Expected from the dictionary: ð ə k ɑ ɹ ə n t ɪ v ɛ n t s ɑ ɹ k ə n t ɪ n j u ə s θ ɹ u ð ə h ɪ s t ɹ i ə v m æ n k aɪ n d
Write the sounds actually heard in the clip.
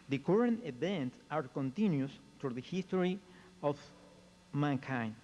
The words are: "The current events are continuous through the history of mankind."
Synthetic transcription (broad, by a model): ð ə k ɑ ɹ ə n t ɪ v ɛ n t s ɑ ɹ k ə n t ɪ n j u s t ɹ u ð ə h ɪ s t ɹ i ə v m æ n k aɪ n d